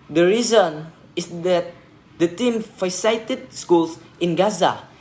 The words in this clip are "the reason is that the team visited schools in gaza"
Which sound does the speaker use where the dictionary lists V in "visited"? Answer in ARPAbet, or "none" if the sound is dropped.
F